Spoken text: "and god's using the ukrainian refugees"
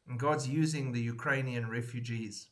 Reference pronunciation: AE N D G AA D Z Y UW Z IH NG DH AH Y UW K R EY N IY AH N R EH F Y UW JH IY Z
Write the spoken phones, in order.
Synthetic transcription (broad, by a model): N G AA D Z Y UW Z IH NG DH AH Y UW K R EY N IY AH N R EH F Y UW JH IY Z